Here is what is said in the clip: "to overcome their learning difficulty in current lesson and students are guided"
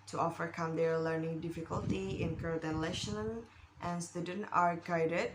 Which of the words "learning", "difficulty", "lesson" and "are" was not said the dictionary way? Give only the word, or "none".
lesson